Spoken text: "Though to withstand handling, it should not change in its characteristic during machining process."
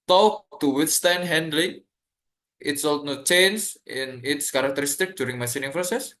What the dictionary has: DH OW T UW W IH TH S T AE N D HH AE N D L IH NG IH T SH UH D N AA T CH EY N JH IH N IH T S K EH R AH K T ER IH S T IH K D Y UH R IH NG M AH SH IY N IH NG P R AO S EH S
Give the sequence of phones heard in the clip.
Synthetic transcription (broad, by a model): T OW T UW W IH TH S T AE N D HH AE N D L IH NG IH T S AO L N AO CH EY N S IH N IH T S K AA R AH K T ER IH S T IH K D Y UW R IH NG M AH S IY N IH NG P R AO S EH S